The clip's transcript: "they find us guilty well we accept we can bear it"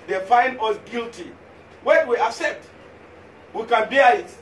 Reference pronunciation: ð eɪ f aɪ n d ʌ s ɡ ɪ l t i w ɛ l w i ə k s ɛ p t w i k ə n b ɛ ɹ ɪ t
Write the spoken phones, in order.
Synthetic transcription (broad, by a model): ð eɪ f aɪ n d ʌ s ɡ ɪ l t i w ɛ n w i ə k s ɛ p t w i k ə n b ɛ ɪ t